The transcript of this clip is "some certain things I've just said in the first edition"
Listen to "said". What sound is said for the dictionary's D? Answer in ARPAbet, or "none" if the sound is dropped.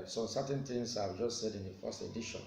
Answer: D